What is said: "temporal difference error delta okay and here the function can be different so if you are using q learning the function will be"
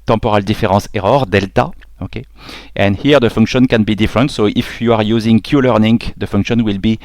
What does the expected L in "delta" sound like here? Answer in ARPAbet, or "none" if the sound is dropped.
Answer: L